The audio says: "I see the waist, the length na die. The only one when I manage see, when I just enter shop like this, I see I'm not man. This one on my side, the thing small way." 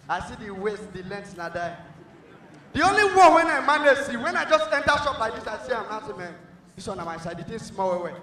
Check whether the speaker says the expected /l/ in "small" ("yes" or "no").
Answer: no